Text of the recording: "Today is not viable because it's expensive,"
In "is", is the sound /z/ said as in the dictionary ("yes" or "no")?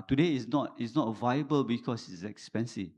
no